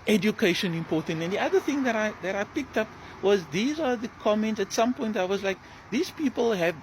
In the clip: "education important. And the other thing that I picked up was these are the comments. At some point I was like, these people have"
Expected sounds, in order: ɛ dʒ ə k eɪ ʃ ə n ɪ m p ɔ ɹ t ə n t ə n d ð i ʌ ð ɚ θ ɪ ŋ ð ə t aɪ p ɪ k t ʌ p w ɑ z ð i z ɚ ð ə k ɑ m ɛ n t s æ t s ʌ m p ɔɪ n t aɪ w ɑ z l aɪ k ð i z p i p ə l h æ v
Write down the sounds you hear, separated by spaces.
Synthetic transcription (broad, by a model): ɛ dʒ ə k eɪ ʃ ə n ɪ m p ɔ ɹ t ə n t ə n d ð i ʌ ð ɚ θ ɪ ŋ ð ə t aɪ p ɪ k t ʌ p w ɑ z ð i z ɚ ð ə k ɑ m ɛ n t s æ t s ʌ m p ɔɪ n t aɪ w ɑ z l aɪ k ð i z p i p ə l h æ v